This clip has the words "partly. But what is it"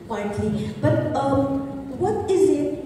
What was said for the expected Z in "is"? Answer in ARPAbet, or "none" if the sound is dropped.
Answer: Z